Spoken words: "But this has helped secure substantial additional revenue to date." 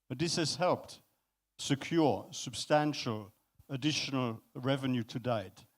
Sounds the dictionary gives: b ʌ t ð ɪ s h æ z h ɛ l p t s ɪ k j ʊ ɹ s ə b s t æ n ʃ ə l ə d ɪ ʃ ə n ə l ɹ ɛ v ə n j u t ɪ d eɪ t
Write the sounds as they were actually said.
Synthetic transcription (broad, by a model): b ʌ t ð ɪ s h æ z h ɛ l p t s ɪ k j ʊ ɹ s ə b s t æ n ʃ ə l ə d ɪ ʃ ə n ə l ɹ ɛ v ə n j u t ɪ d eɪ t